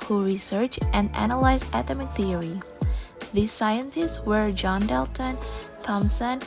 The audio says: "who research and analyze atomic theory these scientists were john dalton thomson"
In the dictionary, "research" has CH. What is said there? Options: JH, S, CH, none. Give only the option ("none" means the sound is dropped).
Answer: CH